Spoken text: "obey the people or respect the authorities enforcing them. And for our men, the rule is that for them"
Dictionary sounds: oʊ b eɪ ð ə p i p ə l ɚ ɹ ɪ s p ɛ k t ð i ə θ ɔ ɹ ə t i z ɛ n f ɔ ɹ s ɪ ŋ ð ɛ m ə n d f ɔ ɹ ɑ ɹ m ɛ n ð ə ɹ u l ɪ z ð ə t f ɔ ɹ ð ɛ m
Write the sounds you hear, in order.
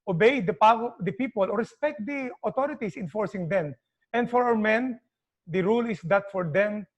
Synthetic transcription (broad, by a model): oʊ b eɪ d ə p i p ə l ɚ ɹ ɪ s p ɛ k t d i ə t ɔ ɹ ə t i s ɛ n f ɔ ɹ s ɪ ŋ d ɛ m ə n d f ɔ ɹ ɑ w m ɛ n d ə ɹ u l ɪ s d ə t f ɔ ɹ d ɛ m